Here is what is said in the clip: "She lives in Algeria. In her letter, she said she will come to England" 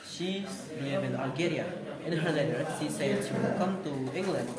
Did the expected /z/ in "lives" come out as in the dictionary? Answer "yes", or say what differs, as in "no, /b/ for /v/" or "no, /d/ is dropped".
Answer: no, /z/ is dropped